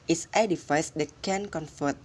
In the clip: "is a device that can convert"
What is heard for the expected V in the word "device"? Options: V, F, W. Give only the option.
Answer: F